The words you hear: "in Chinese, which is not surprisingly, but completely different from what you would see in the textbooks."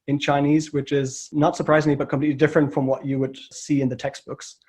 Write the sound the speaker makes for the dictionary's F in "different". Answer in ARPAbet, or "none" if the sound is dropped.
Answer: F